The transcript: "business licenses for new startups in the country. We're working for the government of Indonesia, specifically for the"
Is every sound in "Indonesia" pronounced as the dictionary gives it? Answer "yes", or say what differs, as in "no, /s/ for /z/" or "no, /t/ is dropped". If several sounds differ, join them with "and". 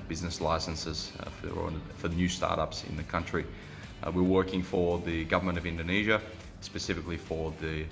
yes